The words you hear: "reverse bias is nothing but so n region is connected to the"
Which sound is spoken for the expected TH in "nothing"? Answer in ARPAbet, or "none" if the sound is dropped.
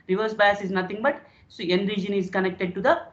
T